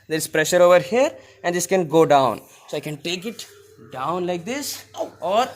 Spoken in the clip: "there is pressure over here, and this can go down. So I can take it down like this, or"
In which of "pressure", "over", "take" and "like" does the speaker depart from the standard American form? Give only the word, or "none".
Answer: none